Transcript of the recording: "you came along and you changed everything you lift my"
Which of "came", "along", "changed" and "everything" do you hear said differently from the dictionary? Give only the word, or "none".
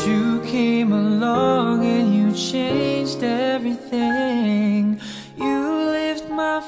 none